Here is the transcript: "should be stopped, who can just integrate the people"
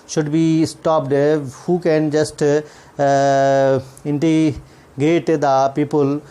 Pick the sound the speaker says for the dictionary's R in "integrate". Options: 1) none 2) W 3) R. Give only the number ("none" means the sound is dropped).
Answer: 1